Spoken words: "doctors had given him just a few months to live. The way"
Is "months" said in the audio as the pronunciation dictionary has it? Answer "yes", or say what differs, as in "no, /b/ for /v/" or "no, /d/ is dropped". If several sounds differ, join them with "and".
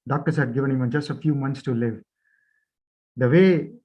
no, /t/ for /θ/